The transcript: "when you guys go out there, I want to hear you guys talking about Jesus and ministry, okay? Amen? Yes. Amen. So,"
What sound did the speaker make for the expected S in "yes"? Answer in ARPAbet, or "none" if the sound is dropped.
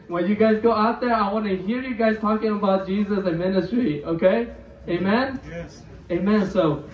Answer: none